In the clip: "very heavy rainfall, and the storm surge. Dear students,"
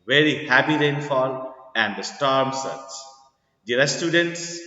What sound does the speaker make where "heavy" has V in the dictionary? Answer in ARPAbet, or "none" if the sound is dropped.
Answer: P